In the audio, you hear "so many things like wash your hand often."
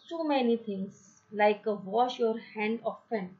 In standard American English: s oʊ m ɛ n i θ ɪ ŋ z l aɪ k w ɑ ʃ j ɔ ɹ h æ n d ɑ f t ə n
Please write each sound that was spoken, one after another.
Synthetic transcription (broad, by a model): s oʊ m ɛ n i t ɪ ŋ s l aɪ k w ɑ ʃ j ɔ ɹ h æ n d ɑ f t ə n